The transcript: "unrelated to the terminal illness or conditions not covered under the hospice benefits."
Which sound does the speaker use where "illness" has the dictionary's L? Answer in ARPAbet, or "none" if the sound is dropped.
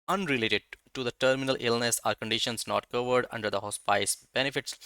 L